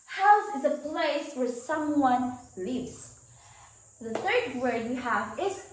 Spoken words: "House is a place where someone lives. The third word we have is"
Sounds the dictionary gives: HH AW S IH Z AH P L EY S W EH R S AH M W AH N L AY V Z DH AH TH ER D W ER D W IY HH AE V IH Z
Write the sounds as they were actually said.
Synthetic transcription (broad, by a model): HH AW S IH Z AH P L EY S W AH R S AH M W AH N L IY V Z DH AH TH ER D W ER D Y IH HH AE V IH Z